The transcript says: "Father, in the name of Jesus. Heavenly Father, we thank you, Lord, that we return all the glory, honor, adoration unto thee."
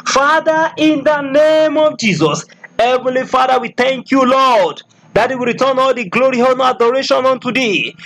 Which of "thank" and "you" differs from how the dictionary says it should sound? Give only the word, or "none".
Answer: none